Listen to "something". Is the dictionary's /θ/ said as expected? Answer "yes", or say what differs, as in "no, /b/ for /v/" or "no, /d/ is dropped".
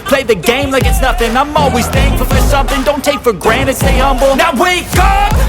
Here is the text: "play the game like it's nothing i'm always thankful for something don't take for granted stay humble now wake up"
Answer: yes